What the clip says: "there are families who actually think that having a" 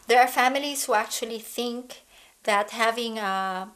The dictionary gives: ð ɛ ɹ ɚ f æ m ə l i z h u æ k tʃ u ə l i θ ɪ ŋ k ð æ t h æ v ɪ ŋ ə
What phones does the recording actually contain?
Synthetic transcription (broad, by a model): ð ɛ ɹ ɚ f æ m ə l i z h u æ k tʃ u ə l i θ ɪ ŋ k ð æ t h æ v ɪ ŋ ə